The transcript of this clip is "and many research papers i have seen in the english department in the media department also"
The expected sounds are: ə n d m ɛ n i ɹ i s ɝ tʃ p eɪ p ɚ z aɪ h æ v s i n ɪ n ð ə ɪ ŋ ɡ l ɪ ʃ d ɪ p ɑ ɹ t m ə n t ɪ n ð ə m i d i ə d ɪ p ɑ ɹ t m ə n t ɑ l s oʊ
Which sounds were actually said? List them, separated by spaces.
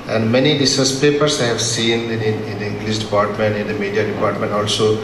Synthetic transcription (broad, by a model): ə n d m ɛ n i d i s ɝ s p eɪ p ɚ s aɪ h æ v s i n ɪ n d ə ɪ ŋ ɡ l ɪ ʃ d ɪ p ɑ ɹ t m ə n t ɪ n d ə m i d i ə d ɪ p ɑ ɹ t m ə n t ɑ l s oʊ